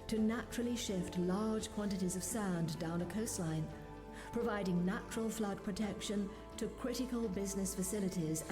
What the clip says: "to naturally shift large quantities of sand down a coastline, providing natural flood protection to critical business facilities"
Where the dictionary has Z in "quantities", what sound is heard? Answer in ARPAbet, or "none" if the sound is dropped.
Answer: Z